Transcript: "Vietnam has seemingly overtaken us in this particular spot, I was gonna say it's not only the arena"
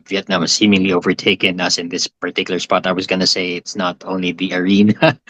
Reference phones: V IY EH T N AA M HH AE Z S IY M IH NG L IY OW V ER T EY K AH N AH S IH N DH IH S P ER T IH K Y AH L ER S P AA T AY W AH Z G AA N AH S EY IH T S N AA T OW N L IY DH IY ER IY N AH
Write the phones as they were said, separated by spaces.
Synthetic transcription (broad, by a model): V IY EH T N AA M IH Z S IY M IH NG L IY OW V ER T EY K AH N AH S IH N DH IH S P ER T IH K Y L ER S P AA T AY W AH Z G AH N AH S EY IH T S N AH T OW N L IY DH IY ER IY N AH